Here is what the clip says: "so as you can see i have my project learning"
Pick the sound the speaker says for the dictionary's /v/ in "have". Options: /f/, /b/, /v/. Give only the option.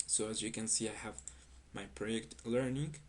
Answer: /v/